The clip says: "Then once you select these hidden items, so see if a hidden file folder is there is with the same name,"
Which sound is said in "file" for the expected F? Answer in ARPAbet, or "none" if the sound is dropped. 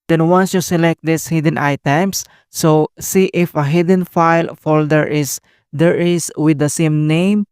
F